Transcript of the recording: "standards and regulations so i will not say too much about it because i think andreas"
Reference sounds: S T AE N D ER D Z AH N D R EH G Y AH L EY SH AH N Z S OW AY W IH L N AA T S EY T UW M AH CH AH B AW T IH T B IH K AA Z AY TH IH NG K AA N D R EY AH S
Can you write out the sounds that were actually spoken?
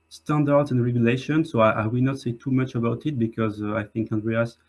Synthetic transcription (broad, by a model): S T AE N D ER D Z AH N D R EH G Y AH L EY SH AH N S OW AY W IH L N AA T S EY T UW M AH CH AH B AW T IH T B IH K AA Z AY TH IH NG K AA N D R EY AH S